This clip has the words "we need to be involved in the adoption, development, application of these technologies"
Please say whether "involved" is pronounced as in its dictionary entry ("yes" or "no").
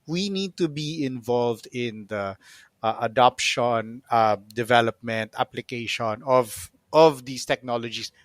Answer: yes